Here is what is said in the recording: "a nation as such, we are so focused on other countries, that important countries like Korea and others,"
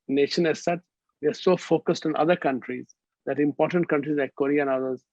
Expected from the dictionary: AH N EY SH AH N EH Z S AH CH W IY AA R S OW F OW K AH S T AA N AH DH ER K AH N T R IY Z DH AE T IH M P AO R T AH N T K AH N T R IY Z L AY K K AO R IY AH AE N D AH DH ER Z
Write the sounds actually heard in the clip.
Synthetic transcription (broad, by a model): N EY SH AH N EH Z S AH CH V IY AA R S OW F OW K AH S T AA N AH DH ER K AH N T R IY Z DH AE T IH M P AO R T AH N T K AH N T R IY Z L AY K K AO R IY AH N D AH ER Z